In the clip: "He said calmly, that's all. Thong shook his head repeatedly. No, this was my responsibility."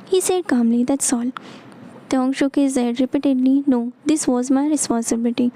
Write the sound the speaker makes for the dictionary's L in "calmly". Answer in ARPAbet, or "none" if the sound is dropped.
L